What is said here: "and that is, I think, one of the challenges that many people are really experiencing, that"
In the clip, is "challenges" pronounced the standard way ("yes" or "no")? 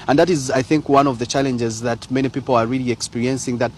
yes